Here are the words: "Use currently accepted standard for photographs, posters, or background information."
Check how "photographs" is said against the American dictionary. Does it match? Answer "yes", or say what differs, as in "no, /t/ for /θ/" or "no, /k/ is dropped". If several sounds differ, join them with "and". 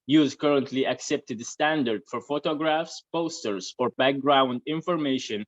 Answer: yes